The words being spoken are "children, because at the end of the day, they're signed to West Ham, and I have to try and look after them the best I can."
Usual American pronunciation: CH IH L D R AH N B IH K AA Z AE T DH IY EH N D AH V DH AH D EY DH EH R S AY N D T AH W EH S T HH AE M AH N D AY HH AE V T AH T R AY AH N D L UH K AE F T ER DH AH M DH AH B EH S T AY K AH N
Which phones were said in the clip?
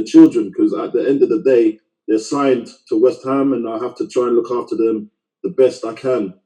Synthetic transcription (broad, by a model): CH IH L D R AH N K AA Z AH T DH IY EH N D AH V DH AH D EY DH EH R S AY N T AH W EH S T HH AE M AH N AY HH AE F T AH T R AY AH N L UH K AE F T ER DH AH M DH AH B EH S T AY K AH N